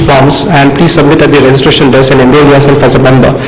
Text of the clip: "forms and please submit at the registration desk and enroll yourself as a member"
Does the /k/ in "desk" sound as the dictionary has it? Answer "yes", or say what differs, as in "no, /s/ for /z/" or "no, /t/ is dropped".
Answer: no, /k/ is dropped